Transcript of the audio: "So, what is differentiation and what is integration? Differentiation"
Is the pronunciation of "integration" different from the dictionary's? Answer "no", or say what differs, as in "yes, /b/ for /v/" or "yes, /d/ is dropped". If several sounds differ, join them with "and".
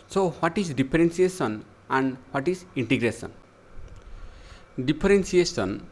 yes, /s/ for /ʃ/